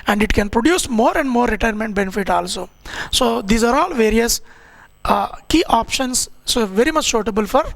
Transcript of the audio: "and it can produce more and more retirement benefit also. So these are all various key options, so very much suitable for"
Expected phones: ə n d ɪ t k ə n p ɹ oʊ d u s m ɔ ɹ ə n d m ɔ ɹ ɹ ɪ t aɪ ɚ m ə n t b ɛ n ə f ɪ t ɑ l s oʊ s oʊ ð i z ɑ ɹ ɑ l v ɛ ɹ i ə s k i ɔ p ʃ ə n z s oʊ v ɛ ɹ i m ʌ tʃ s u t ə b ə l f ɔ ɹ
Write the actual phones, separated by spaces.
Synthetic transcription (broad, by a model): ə n d ɪ t k ə n p ɹ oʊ d u s m ɔ ɹ ə n d m ɔ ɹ ɹ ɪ t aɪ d m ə n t b ɛ n ə f ɪ t ɑ l s oʊ s oʊ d i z ɑ ɹ ɑ l v ɛ ɹ i ə s k i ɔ p ʃ ə n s s oʊ v ɛ ɹ i m ʌ tʃ ʃ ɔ t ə b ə l f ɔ ɹ